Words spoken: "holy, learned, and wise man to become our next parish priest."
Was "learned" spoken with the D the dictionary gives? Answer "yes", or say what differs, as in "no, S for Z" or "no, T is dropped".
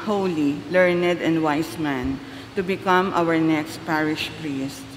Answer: yes